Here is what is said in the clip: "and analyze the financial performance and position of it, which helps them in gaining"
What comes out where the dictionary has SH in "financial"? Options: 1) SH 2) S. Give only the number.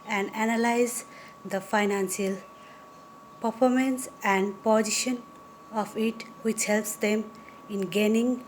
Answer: 2